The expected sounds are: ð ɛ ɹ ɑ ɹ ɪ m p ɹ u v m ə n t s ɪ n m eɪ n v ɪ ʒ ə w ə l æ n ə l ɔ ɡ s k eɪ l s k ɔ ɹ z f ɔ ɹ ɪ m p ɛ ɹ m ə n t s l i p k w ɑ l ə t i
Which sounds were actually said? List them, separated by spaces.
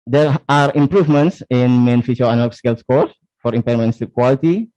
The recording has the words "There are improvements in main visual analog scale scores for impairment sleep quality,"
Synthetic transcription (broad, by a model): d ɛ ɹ ɑ ɹ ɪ m p ɹ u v m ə n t s ɪ n m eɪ n f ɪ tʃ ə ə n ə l s k eɪ l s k ɔ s f ɔ ɹ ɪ m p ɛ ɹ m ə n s i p k w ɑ l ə t i